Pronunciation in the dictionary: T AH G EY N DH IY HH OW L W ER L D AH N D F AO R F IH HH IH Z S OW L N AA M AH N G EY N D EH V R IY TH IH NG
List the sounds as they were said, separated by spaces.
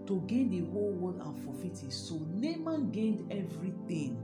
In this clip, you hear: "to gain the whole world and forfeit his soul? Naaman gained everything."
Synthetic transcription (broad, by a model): T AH G EY N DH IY HH OW L W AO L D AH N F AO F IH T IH S OW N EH M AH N G EY N D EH V R IY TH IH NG